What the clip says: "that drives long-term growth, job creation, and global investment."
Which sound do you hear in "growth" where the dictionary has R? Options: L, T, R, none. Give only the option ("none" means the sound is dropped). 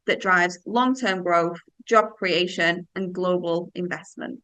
R